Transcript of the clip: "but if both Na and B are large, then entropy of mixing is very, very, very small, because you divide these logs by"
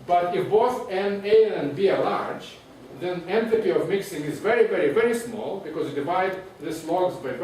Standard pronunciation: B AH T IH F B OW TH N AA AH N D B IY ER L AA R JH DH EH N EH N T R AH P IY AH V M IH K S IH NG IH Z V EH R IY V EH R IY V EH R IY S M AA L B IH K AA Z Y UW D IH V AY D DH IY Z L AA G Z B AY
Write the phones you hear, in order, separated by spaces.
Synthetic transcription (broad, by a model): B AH T IH F B OW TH N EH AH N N B IY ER L AA R JH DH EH N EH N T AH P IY AH V M IH K S IH NG IH Z V EH R IY V EH R IY V EH R IY S M AA L B IH K AA Z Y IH D IH V AY D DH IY S L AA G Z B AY